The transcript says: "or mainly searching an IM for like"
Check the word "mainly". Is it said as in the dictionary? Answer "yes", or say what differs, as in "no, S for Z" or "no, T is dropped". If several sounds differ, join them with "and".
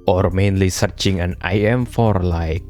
yes